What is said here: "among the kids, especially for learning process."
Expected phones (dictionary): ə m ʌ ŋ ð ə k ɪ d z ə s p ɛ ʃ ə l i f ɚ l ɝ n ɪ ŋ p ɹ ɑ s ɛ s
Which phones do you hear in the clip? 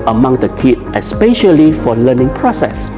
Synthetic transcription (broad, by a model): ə m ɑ ŋ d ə k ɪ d ə s p ɛ ʃ ə l i f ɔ l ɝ n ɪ ŋ p ɹ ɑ s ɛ s